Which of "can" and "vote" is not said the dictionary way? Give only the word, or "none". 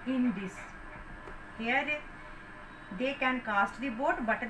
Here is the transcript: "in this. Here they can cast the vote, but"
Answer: vote